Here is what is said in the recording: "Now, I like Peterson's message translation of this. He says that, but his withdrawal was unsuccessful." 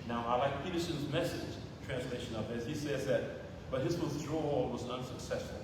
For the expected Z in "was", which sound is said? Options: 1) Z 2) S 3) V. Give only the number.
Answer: 1